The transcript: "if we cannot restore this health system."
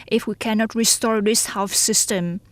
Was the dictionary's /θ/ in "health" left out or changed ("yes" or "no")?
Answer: yes